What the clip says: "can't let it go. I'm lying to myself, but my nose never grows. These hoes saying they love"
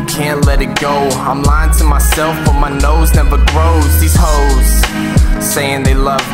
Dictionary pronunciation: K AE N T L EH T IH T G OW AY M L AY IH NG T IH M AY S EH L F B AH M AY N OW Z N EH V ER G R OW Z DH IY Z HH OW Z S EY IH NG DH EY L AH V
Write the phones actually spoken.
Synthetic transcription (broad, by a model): K AE N T L EH T IH T G OW AY M L AY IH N T IH M AY S EH L F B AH M AY N OW Z N EH V ER G R OW Z DH IY Z HH OW Z S EY IH NG DH EY L AH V